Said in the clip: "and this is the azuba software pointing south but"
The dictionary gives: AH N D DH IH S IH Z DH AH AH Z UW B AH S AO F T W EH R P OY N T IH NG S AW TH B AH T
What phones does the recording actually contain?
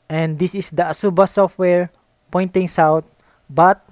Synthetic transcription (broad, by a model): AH N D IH S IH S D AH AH S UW B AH S AO F T W EH R P OY N T IH NG S AW T B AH T